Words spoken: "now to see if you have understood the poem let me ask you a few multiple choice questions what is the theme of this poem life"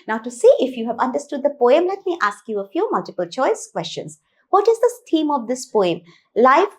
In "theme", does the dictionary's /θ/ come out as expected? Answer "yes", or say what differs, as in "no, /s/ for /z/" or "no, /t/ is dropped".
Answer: no, /s/ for /θ/